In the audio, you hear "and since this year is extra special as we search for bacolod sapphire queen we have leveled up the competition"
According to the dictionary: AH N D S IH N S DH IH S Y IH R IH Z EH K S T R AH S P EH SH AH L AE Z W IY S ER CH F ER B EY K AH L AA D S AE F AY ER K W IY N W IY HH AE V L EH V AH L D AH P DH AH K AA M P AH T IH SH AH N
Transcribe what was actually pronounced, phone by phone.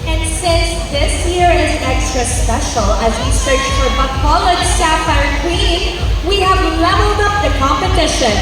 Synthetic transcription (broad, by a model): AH N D S IH N S DH IH S Y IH R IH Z EH K S T R AH S P EH SH AH L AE Z W IY S ER CH F ER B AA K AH L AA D S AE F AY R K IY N W IY HH AE V L EH V AH L D AH P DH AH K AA M P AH T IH SH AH N